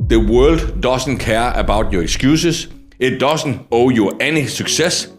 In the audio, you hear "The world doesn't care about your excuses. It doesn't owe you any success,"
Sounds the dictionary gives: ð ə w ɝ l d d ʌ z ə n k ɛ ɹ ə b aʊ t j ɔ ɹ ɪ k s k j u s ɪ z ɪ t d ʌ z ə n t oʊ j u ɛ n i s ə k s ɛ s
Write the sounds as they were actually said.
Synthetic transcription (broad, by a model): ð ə w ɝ l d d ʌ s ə n k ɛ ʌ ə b aʊ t j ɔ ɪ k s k j u s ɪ s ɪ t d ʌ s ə n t oʊ j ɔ ɛ n i s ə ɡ s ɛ s